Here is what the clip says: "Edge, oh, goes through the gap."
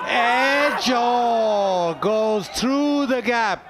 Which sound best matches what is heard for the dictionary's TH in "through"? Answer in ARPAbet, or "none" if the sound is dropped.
TH